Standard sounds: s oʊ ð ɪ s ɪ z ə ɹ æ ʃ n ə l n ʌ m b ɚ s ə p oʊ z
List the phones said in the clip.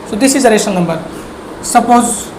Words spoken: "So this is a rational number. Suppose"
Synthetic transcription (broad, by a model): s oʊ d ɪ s ɪ z ə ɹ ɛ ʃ ə n n ʌ m b ɚ s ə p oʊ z